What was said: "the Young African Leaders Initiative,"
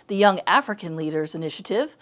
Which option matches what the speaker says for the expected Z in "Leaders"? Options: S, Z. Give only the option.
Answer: Z